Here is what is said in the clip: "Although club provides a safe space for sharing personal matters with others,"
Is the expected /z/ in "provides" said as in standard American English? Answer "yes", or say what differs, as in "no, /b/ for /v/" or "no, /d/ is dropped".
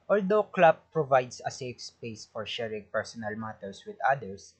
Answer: no, /s/ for /z/